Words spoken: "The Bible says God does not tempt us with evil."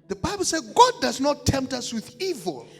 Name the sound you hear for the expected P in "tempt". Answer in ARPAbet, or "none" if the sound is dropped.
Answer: P